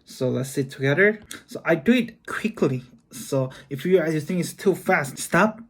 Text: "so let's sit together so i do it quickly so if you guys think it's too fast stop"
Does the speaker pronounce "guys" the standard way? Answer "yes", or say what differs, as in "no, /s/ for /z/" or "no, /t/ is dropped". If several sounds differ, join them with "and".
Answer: no, /z/ is dropped